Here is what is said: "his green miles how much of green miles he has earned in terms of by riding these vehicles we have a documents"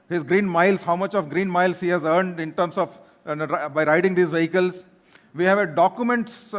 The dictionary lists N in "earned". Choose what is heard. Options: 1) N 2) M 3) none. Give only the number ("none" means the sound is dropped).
1